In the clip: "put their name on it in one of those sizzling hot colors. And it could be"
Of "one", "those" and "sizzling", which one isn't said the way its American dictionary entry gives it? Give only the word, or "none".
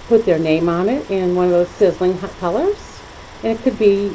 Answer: none